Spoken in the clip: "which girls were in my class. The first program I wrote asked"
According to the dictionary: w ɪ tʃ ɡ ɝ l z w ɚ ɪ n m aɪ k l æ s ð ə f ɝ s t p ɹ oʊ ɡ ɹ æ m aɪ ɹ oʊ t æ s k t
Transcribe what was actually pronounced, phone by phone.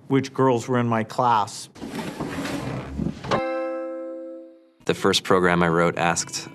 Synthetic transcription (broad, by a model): w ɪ tʃ ɡ ɝ l z w ɚ ɪ n m aɪ k l æ s ð ə f ɝ s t p ɹ oʊ ɡ ɹ æ m aɪ ɹ oʊ t æ s k t